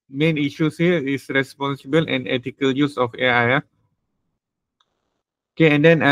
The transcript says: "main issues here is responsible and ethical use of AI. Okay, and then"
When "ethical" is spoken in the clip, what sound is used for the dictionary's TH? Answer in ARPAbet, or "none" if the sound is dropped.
T